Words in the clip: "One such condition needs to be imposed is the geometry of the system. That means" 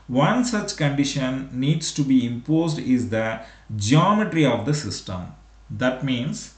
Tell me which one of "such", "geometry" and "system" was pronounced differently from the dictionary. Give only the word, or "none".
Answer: none